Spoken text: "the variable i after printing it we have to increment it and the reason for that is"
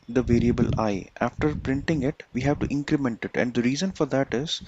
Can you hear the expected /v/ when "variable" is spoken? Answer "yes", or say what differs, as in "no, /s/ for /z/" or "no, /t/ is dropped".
yes